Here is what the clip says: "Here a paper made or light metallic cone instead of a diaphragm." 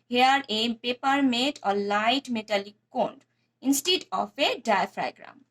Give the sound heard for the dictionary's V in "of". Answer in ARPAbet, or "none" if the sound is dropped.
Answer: P